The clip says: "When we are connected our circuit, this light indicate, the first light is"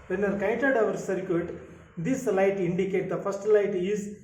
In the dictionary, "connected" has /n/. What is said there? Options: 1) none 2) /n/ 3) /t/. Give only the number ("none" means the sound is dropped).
1